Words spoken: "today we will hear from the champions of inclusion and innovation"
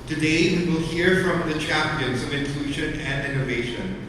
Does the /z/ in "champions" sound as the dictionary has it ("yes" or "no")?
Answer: yes